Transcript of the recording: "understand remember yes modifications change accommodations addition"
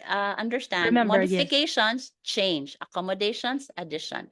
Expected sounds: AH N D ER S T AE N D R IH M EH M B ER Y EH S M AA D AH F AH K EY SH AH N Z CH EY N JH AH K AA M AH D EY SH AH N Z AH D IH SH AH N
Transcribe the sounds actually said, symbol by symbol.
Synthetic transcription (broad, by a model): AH N D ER S T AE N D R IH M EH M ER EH M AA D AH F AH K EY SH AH N S CH EY N JH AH K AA M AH D EY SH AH N S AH D IH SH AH N